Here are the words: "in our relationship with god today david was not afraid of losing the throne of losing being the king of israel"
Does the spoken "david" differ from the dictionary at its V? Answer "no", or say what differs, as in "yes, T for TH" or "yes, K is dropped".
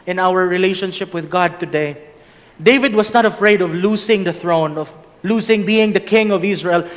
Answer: no